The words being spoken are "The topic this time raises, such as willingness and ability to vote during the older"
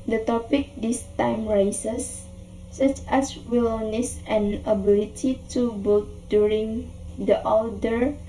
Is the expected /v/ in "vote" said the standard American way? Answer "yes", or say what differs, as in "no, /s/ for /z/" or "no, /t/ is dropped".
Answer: no, /b/ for /v/